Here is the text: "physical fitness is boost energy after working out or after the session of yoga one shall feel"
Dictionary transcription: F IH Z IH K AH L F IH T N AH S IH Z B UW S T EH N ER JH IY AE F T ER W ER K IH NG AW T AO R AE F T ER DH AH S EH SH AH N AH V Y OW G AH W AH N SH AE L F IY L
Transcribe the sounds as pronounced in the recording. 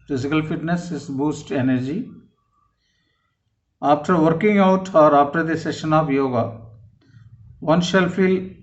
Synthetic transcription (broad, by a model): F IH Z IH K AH L F IH T N AH S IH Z B UW S T EH N ER JH IY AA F T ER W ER K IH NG AW T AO R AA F T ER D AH S EH SH AH N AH P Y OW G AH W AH N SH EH L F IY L